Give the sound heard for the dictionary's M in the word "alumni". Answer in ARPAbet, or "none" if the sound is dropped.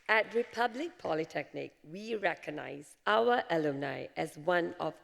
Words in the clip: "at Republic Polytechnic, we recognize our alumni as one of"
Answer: none